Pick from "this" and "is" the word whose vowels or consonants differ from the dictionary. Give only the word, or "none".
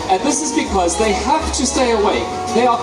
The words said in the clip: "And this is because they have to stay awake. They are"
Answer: none